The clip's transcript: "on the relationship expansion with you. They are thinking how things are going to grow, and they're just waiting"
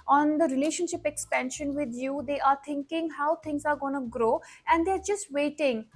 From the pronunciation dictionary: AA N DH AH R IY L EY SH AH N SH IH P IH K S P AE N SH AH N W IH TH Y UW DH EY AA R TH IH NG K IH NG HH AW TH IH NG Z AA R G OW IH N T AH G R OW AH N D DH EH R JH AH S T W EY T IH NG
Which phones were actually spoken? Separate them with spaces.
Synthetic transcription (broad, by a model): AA N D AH R IY L EY SH AH N SH IH P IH K S P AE N SH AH N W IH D Y UW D EY AA R T IH NG K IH NG HH AW T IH NG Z AA R G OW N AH G R OW AH N D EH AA R JH AH S T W EY T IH NG